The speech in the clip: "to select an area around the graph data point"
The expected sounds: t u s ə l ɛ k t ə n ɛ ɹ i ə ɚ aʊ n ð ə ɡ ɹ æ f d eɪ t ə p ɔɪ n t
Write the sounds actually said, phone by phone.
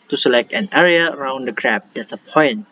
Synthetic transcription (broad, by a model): t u s ə l ɛ k t ə n ɛ ɹ i ə ɚ aʊ n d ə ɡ ɹ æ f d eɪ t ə p ɔɪ n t